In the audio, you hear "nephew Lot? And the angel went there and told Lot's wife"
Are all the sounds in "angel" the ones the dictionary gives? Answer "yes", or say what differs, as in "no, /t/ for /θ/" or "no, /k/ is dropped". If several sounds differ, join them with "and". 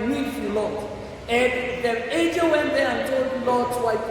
no, /n/ is dropped